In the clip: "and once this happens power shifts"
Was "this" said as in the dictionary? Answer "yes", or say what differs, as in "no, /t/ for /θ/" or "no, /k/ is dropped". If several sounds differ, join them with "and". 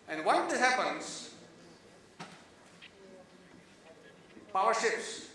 no, /s/ is dropped